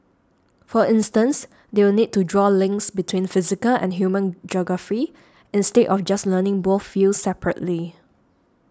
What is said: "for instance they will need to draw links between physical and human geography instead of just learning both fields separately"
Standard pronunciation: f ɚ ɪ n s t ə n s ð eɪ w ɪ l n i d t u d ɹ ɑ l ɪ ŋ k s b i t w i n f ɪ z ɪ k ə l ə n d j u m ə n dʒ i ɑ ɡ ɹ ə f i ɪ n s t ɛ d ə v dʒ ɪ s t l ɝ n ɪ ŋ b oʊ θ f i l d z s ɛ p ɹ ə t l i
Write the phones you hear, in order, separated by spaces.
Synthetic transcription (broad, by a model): f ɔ ɪ n s t ə n s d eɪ w ɪ l n i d t u d ɹ ɑ l ɪ ŋ k s b i t w i n f ɪ z ɪ k ə l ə n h j u m ə n dʒ ɑ ɡ ɹ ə f i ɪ n s t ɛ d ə f dʒ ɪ s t l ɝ n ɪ ŋ b oʊ θ f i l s s ɛ p ɹ ə t l i